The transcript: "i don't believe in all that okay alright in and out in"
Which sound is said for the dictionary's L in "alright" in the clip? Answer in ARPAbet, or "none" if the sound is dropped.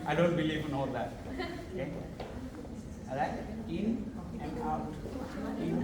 none